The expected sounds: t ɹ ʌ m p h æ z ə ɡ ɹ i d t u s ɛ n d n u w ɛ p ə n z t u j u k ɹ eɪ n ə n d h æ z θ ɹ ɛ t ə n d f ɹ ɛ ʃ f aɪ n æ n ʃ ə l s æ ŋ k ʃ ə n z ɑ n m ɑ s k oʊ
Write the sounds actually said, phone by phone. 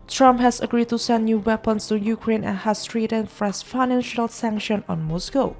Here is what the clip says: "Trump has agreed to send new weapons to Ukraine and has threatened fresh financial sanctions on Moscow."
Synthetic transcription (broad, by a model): t ɹ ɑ m p h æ s ə ɡ ɹ i d t u s ɛ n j u w ɛ p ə n s t u j u k ɹ eɪ n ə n h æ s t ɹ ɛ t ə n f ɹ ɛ s f aɪ n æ n ʃ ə l s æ ŋ k ʃ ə n ɑ n m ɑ s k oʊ